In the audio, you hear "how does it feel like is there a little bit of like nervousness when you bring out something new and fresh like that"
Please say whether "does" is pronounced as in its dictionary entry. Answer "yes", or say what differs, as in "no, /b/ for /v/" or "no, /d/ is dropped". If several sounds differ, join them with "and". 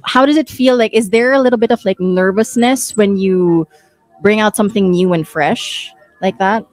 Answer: yes